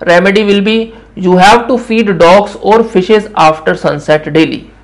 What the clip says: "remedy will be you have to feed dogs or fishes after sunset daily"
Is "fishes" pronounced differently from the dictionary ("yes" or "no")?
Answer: no